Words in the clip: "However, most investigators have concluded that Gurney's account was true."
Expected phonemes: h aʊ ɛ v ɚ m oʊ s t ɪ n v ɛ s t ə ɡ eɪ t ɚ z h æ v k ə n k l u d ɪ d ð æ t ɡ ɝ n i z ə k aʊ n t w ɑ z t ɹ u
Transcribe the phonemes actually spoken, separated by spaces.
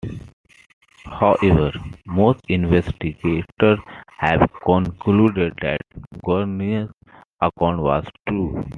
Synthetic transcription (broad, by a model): h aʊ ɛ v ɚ m oʊ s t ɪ n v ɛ s t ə ɡ eɪ t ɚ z h æ v k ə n k l u d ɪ d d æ t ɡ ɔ n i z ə k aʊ n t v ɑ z t ɹ u